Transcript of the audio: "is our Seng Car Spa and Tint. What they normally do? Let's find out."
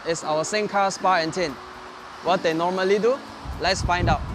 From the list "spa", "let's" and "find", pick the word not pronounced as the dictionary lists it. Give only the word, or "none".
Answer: none